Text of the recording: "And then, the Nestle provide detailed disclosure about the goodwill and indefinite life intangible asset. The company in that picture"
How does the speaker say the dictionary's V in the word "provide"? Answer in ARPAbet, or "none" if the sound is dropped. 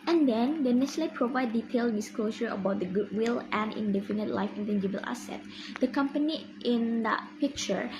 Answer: V